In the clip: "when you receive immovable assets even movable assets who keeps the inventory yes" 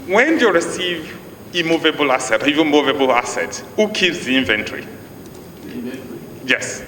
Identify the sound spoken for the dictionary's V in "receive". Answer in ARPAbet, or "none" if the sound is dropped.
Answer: V